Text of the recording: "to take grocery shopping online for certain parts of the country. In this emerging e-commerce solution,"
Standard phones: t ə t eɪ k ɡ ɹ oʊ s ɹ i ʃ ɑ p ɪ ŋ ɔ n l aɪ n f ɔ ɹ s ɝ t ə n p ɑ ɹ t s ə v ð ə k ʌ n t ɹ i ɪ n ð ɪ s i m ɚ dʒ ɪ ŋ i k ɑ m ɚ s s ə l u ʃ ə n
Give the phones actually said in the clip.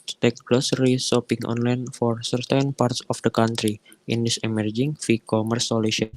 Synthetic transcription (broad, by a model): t t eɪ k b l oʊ s ɹ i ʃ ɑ p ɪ ŋ ɔ n l aɪ n f ɔ ɹ s ɝ t ə n p ɑ ɹ t s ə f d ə k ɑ n t ɹ i ɪ n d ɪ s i m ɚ dʒ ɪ ŋ i k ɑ m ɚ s s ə l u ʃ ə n